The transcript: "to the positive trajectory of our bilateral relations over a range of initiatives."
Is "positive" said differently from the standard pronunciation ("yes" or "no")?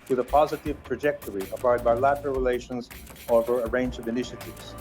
no